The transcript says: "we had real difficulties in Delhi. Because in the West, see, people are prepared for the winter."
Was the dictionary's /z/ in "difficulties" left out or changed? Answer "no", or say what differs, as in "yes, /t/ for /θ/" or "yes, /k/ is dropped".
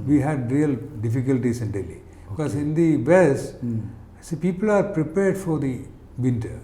yes, /s/ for /z/